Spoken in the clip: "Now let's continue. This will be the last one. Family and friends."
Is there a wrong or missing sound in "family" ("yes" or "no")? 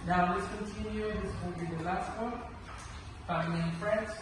yes